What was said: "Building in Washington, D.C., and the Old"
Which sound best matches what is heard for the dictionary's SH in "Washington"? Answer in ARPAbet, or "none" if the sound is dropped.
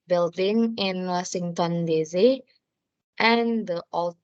S